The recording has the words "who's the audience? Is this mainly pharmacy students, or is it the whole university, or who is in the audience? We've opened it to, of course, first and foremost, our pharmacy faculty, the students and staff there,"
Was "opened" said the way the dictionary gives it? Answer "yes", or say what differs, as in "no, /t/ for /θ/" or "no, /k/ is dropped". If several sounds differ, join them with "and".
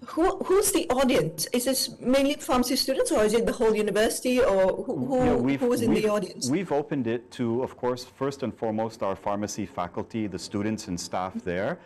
yes